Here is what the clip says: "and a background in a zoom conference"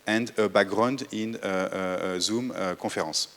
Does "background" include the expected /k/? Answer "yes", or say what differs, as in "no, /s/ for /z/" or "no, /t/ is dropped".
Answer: no, /k/ is dropped